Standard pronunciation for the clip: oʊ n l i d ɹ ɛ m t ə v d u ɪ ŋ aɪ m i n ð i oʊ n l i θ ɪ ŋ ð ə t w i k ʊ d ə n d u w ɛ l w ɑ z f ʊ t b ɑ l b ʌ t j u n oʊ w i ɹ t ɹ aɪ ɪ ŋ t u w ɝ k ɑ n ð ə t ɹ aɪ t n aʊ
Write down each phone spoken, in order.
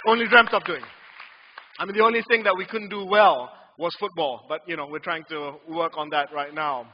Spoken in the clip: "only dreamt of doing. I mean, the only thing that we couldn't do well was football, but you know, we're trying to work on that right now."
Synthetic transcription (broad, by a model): oʊ n l i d ɹ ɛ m t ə p d u ɪ ŋ aɪ m i n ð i oʊ n l i θ ɪ ŋ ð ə t w i k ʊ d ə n d u w ɛ l w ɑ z f ʊ t b ɑ l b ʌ t j u n oʊ w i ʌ t ɹ aɪ ɪ ŋ t u w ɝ k ɑ n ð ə t ɹ aɪ t n aʊ